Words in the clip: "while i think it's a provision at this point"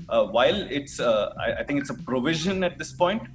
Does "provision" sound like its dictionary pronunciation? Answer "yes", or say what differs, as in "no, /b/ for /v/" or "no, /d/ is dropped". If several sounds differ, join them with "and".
yes